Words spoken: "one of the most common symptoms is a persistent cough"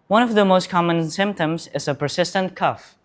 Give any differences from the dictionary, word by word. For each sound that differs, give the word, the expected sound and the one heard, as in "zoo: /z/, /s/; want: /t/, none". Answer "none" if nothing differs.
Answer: none